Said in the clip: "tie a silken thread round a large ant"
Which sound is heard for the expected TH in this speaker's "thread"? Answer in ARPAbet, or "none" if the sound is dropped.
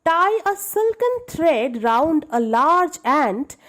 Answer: T